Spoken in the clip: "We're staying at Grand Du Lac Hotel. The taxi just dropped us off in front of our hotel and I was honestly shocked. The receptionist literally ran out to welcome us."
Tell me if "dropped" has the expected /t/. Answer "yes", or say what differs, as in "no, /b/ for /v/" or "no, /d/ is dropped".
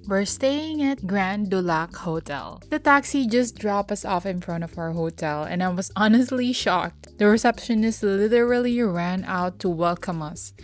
no, /t/ is dropped